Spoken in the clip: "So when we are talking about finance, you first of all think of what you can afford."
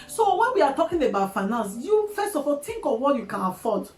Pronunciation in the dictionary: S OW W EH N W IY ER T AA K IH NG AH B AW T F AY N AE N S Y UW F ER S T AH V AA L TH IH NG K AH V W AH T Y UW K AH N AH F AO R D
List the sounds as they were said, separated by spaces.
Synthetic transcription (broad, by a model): S OW W EH N W IY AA T AA K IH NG AH B AW T F AY N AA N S Y UW F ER S T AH F AA L T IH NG K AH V W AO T Y UW K AH N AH F AO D